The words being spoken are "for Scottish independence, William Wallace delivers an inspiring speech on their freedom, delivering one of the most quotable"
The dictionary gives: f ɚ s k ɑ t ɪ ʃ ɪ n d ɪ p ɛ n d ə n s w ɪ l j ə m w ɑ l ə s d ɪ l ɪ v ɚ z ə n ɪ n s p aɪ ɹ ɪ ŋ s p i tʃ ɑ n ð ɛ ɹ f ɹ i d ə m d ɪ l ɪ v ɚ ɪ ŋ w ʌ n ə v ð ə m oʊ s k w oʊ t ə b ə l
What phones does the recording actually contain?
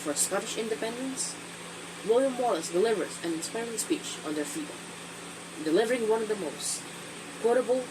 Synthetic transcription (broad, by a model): f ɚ s k ɑ t ɪ ʃ ɪ n d ɪ p ɛ n d ə n s w ɪ l j ə m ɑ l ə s d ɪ l ɪ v ɚ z ə n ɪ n s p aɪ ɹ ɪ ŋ s p i tʃ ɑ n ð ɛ ɹ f i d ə d ɪ l ɪ v ɚ ɪ ŋ w ʌ n ə v ð ə m oʊ s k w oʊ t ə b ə l